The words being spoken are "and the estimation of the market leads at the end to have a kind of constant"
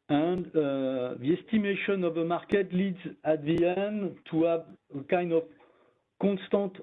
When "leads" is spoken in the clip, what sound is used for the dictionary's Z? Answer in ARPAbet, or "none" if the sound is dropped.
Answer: Z